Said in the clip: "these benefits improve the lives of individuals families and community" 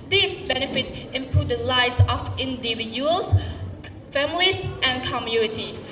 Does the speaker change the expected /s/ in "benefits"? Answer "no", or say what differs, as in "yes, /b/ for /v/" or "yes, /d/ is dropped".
yes, /s/ is dropped